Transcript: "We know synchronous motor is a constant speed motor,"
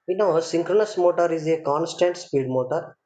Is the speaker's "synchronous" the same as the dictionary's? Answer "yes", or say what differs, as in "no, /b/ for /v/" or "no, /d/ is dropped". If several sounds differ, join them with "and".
yes